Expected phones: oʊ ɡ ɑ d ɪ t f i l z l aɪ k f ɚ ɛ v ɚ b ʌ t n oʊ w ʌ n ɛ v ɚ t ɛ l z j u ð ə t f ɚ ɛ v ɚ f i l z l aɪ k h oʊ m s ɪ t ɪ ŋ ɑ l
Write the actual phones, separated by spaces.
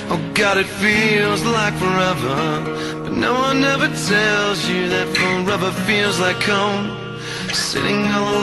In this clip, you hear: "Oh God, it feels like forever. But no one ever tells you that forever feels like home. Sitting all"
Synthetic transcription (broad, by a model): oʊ ɡ ɑ d ɪ t f i l z l aɪ k f ɚ ɛ v ɚ b ʌ t n oʊ w ʌ n ɛ v ɚ t ɛ l z j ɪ ð ə t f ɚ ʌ b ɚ f i l z l aɪ k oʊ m s ɪ t ɪ ŋ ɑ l